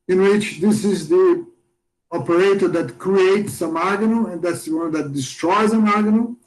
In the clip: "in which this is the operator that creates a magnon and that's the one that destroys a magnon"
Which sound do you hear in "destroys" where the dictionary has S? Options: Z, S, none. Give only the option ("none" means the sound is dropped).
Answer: S